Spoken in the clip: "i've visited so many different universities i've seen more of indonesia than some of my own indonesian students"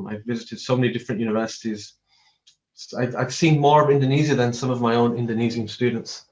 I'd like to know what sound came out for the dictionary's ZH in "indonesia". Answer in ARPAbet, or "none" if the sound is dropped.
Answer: Z